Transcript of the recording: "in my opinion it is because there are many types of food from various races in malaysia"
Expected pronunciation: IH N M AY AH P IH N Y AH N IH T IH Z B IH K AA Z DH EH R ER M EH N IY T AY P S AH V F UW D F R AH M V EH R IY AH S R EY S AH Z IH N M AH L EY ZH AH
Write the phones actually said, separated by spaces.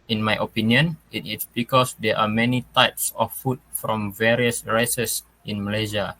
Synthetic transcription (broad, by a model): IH N M AY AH P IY N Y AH N IH T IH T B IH K AA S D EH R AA M EH N IY T AY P S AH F UW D F R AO M V EH R IY AH S R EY S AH S IH N M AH L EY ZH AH